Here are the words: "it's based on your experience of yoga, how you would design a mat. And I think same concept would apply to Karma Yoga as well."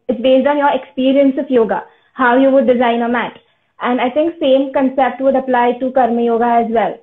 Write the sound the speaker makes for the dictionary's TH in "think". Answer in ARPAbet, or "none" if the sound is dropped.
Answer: T